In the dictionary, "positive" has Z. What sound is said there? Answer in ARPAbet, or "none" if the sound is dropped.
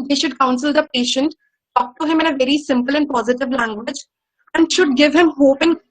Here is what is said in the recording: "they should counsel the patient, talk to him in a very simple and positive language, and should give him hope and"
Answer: Z